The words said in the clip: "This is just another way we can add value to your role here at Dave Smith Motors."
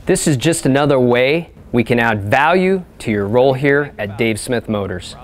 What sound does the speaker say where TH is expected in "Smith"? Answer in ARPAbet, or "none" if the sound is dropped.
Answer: TH